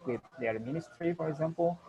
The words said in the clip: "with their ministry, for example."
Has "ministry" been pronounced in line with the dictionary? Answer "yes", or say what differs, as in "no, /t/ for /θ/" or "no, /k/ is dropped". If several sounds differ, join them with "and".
yes